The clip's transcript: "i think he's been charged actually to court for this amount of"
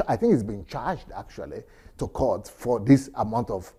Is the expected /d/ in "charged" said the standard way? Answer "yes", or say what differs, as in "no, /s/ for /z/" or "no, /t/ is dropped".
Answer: yes